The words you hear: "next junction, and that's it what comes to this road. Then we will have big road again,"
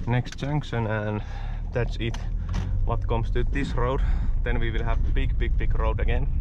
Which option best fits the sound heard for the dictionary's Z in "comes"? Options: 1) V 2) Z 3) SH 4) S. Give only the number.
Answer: 4